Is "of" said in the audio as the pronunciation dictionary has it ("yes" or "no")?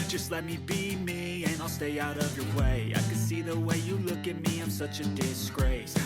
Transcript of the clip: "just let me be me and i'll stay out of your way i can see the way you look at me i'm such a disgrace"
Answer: yes